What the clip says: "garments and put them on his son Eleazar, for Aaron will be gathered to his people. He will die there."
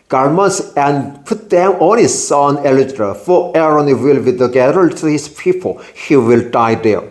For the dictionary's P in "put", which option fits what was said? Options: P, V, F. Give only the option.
P